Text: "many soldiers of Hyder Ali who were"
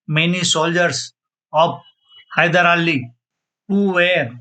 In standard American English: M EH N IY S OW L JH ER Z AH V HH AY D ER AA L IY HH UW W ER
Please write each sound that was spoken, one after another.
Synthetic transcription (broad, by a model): M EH N IY S OW L JH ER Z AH P HH AY D ER AA L IY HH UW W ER